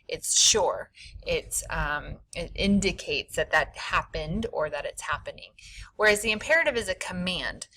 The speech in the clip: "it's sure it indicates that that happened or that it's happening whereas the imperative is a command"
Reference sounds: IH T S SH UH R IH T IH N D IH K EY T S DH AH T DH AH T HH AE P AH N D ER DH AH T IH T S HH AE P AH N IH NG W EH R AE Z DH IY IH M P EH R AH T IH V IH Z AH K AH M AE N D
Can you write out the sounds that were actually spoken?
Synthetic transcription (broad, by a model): IH T S SH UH R IH T IH N D IH K EY T S DH AH T DH AH T HH AE P AH N D ER DH AH T IH T S HH AE P AH N IH NG W EH R AE Z DH IY IH M P EH R AH T IH V IH Z AH K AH M AE N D